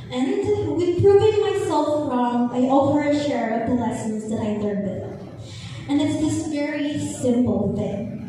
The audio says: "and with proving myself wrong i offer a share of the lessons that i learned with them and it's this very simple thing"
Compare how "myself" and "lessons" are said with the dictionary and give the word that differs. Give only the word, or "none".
none